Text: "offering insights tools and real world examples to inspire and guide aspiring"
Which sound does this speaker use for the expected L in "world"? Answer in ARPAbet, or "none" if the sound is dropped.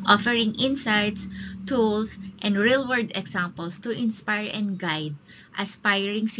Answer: none